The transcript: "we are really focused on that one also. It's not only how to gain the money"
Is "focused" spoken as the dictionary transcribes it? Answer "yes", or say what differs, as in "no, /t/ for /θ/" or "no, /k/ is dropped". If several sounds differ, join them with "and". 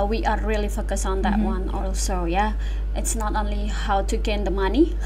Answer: no, /t/ is dropped